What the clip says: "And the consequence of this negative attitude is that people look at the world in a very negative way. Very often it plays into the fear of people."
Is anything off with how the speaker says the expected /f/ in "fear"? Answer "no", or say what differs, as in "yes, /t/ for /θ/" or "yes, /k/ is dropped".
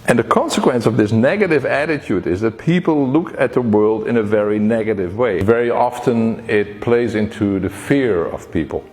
no